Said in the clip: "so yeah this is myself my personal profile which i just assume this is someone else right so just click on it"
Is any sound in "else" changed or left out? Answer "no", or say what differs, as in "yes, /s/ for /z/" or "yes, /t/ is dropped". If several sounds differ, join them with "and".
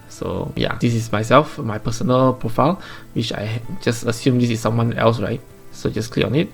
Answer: no